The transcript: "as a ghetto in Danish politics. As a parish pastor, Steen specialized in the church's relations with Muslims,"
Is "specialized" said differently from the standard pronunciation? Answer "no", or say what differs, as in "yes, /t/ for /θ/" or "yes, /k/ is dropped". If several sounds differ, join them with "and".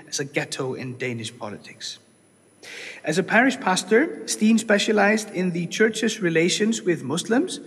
no